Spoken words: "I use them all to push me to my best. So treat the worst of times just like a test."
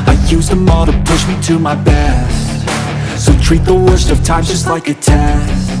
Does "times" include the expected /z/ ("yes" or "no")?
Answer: no